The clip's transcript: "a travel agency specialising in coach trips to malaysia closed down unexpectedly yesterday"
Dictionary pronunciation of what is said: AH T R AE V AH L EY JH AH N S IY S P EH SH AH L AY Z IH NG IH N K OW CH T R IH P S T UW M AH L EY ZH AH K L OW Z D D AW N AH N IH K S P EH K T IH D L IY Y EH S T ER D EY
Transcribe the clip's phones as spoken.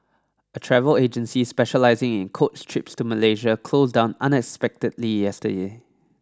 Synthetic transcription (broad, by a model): AH T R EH V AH L EY JH AH N S IY S P EH SH AH L AY Z IH NG IH N K OW S T R IH P S T UW M AH L EY ZH AH K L OW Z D D AW N AH N IH K S P EH K T IH D L IY Y EH S T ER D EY